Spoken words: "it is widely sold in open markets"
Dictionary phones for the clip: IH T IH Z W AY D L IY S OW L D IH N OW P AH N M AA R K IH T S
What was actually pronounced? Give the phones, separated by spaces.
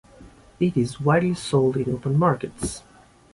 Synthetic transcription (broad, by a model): IH T IH Z W AY D L IY S OW L D IH N OW P AH N M AA R K IH T S